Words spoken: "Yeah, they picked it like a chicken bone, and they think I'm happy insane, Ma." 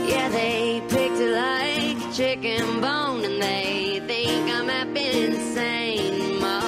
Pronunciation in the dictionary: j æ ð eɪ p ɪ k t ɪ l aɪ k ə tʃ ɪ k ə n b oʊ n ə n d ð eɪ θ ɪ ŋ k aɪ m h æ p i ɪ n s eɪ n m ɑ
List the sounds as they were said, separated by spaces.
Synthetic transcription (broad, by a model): j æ ð eɪ p ɪ k t ɪ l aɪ ə tʃ ɪ k ə n b oʊ n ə n ð eɪ θ ɪ ŋ k aɪ m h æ b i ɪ n s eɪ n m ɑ